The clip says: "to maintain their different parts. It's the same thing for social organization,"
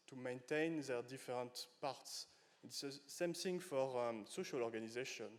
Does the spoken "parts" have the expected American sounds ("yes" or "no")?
yes